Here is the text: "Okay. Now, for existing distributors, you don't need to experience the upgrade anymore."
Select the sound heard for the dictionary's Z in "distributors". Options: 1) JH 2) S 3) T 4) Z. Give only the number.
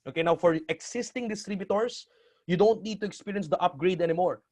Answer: 2